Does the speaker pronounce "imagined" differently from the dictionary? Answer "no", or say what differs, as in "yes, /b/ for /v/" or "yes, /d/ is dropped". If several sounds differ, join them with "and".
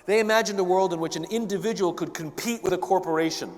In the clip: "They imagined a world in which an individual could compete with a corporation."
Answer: no